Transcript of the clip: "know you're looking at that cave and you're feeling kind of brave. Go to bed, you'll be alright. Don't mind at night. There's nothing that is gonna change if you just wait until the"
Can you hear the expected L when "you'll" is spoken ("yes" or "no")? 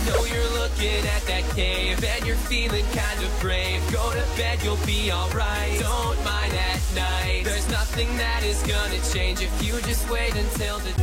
yes